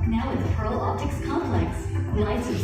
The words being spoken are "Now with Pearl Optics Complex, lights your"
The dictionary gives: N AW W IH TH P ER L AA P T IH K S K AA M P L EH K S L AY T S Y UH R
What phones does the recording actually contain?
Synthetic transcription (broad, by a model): N AW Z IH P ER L AA P T IH K S K AA M P L EH K S N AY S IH